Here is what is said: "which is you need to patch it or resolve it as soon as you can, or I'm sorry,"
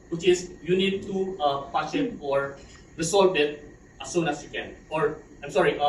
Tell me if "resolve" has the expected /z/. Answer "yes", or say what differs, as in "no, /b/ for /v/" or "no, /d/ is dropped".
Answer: no, /s/ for /z/